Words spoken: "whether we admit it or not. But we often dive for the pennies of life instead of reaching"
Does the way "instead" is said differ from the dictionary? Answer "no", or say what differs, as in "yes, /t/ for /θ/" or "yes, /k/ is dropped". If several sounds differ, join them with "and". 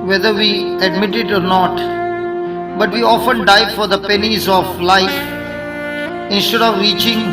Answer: no